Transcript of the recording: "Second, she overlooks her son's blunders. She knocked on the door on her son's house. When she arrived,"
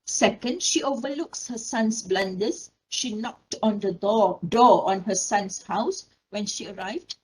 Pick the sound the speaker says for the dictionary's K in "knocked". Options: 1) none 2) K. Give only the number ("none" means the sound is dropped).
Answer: 2